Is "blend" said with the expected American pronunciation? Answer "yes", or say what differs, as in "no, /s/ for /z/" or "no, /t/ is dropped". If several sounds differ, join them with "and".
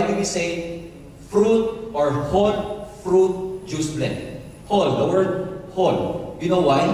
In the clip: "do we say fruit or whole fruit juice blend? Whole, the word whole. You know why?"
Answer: no, /n/ is dropped